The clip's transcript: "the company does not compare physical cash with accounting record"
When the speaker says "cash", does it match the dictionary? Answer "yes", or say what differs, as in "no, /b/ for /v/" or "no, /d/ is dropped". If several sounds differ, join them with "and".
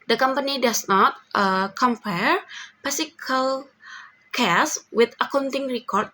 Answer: no, /s/ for /ʃ/